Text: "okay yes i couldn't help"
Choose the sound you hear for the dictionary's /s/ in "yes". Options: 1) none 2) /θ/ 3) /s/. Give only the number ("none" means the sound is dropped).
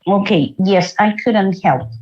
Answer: 3